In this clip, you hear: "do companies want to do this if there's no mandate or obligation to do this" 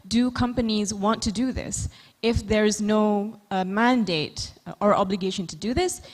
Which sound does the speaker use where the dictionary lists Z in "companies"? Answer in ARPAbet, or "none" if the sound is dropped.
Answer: Z